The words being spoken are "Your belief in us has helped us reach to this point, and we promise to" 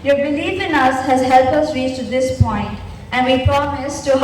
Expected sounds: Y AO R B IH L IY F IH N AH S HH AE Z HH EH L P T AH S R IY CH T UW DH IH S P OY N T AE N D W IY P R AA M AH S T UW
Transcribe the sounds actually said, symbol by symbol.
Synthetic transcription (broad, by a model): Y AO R B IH L IY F IH N AH S HH AE Z HH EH L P AH S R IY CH T UW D IH S P OY N T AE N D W IY P R AA M AH S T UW